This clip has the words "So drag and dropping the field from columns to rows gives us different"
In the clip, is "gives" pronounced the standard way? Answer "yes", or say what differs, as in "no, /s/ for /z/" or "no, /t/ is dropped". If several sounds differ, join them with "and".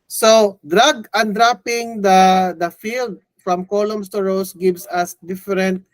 no, /s/ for /z/